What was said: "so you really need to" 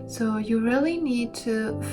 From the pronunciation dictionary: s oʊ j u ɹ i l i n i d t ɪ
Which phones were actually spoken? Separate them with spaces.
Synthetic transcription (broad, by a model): s oʊ j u ɹ i l i n i d t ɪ